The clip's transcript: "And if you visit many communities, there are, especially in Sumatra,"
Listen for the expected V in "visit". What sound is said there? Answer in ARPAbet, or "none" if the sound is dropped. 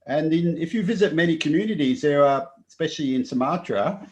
V